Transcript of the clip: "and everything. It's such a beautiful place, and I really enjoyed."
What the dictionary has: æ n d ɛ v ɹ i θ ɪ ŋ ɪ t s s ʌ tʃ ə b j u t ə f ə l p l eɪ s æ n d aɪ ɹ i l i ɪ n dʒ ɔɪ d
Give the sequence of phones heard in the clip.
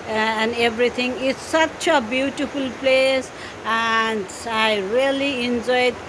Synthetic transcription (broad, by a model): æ n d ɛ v ɹ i t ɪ ŋ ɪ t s s ʌ tʃ ə b j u t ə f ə l p l eɪ s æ n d aɪ ɹ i l i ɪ n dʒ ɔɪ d